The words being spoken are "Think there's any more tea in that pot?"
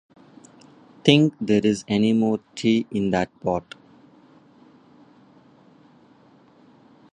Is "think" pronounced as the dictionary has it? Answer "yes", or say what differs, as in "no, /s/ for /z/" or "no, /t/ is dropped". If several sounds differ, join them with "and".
no, /t/ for /θ/